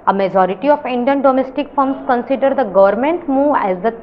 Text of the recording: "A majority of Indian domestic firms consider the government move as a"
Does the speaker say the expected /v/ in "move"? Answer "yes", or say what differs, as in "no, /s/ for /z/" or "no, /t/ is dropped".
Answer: no, /v/ is dropped